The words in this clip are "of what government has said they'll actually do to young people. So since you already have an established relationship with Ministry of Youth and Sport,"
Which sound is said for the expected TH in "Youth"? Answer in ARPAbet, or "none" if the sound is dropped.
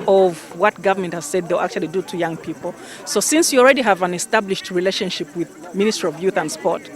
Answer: TH